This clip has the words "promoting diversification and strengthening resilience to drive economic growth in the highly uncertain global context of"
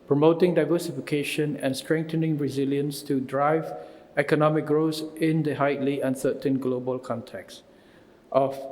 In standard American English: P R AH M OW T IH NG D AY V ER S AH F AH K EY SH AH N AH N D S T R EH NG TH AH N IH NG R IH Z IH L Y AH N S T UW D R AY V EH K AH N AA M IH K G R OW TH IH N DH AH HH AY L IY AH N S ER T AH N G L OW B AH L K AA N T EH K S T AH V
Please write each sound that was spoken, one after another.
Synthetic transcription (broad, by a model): P R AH M OW T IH NG D AY V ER S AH F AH K EY SH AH N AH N S T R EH NG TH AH N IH NG R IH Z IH L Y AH N S T UW D R AY V EH K AH N AA M IH K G R OW S IH N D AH HH AY L IY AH N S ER T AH N G L OW B AH L K AA N T EH K S T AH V